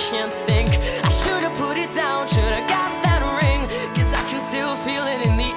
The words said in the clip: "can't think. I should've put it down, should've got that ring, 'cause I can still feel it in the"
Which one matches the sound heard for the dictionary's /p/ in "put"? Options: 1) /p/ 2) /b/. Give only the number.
1